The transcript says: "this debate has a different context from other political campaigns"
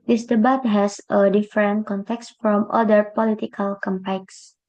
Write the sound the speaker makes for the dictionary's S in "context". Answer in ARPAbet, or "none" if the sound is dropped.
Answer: S